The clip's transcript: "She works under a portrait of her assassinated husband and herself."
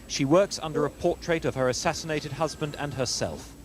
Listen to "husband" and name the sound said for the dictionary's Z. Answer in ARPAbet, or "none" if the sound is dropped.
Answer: Z